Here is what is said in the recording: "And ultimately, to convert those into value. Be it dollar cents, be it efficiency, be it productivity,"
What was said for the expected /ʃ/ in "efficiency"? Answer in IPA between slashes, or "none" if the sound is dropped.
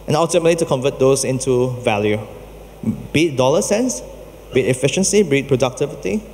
/ʃ/